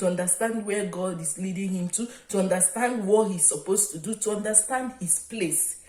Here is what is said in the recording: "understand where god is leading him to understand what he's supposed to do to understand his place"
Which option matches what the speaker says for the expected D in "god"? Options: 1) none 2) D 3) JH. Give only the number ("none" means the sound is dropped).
2